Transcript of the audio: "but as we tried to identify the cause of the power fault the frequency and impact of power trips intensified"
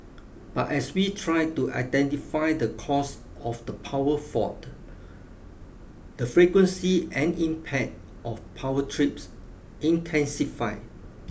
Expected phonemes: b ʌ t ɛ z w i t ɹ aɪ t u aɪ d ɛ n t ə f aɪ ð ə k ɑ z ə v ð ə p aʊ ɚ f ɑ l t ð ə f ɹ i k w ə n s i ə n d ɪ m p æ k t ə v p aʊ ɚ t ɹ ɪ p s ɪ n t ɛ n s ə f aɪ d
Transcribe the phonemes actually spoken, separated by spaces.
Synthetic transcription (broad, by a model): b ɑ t ɛ s w i t ɹ aɪ t u aɪ d ɛ n t ə f aɪ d ə k ɑ s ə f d ə p aʊ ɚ f ɑ t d ə f ɹ i k w ə n s i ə n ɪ m p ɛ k t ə f p aʊ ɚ t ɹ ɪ p s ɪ n t ɛ n s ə f aɪ